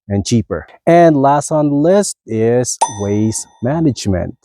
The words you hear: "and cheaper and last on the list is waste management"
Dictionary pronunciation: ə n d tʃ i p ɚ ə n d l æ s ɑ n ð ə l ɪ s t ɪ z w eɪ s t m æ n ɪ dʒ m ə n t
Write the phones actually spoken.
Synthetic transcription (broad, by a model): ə n tʃ i p ɚ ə n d l æ s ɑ n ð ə l ɪ s t ɪ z w eɪ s m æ n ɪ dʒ m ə n t